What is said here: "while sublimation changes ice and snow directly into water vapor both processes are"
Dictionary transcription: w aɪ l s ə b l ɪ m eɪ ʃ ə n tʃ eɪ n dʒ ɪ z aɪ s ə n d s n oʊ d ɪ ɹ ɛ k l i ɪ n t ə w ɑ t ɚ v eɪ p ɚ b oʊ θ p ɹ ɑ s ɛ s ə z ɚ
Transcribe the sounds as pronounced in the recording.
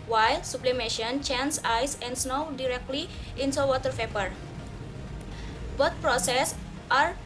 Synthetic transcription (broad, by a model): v aɪ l s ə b l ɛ m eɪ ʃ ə n tʃ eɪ n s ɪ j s ə n d s n oʊ d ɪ ɹ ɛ k l i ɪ n s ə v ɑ t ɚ f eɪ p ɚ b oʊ t p ɹ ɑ s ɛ s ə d